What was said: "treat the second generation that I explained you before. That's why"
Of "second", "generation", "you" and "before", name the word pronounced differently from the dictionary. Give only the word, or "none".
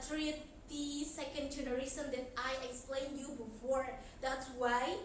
generation